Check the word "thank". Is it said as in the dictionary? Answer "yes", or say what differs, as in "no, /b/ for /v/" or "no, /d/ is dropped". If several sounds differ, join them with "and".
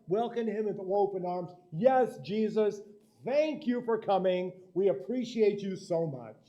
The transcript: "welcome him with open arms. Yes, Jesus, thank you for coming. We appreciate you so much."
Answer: yes